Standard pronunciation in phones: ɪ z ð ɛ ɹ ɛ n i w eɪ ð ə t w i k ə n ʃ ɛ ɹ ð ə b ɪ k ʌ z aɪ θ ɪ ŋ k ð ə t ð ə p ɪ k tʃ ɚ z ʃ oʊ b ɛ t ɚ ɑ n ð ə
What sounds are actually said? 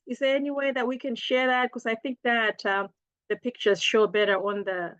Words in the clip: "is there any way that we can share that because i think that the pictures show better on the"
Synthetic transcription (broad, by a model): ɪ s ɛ ɛ n i w eɪ ð ə t w i k ə n ʃ ɛ ɹ ð ə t k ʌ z aɪ θ ɪ ŋ k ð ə t ð ə p ɪ k tʃ ɚ z ʃ oʊ b ɛ t ɚ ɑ n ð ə